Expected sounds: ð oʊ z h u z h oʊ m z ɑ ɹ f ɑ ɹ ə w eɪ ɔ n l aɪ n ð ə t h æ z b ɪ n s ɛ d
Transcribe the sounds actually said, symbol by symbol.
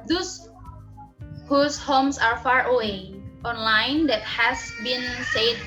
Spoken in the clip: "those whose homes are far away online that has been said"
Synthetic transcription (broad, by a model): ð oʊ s h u s h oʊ m s ɑ ɹ f ɑ ɹ ə w eɪ ɔ n l aɪ n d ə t h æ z b ɪ n s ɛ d